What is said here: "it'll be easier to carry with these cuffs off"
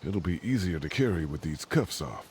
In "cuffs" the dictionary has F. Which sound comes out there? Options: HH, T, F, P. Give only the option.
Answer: F